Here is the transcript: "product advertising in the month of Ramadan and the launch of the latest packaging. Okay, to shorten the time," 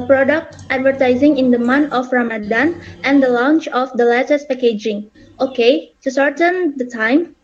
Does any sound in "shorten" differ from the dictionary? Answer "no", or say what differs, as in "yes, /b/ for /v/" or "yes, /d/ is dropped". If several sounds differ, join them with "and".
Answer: yes, /s/ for /ʃ/